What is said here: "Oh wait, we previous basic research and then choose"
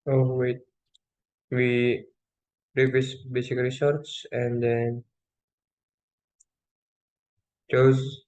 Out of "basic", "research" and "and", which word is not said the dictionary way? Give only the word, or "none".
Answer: research